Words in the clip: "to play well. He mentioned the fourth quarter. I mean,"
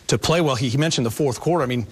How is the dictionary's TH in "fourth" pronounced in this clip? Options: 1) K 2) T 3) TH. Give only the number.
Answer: 3